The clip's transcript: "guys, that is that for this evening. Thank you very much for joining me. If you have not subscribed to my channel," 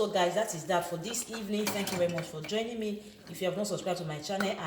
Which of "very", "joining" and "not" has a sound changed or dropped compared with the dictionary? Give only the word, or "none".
none